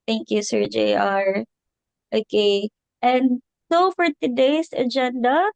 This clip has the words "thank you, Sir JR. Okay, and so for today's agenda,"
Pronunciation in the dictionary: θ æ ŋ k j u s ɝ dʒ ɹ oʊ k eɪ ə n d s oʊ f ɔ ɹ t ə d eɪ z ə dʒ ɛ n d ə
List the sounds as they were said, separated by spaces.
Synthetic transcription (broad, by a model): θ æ ŋ k j u s ɝ dʒ ɹ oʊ k eɪ ə n d s oʊ f ɔ ɹ t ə d eɪ s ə dʒ ɛ n d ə